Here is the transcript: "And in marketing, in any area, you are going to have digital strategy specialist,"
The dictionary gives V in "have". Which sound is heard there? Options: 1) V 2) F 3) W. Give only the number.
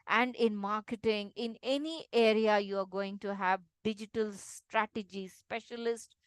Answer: 1